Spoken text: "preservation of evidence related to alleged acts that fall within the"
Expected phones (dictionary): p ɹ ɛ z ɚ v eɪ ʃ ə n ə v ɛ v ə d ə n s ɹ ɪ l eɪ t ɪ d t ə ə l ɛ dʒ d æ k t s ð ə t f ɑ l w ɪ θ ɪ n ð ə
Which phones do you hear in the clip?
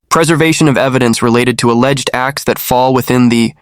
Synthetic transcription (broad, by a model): p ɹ ɛ z ɚ v eɪ ʃ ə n ə v ɛ v ə d ə n s ɹ ɪ l eɪ t ɪ d t ə ə l ɛ dʒ d æ k t s ð ə t f ɑ l w ɪ θ ɪ n ð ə